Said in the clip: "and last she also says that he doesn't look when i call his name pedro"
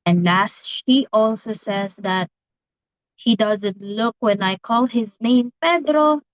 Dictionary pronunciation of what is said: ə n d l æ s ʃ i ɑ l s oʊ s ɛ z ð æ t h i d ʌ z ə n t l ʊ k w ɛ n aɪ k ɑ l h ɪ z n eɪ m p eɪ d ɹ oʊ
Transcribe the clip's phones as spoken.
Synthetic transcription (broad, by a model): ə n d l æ s ʃ i ɑ l s oʊ s ɛ z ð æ t h i d ʌ z ə n t l ʊ k w ɛ n aɪ k ɑ l h ɪ z n eɪ m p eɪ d ɹ oʊ